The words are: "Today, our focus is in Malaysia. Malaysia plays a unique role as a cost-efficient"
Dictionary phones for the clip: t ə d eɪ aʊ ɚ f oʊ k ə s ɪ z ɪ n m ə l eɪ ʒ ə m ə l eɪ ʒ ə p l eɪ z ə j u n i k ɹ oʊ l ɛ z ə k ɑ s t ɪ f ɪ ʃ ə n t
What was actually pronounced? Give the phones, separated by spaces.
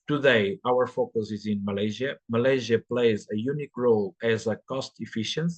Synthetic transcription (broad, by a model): t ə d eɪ aʊ ɚ f oʊ k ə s ɪ z ɪ n m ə l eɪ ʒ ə m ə l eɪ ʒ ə p l eɪ z ə j u n i k ɹ oʊ l ɛ z ə k ɑ s t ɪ f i ʃ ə n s